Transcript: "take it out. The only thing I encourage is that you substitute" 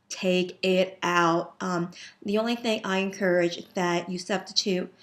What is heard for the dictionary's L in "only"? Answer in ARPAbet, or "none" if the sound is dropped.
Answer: L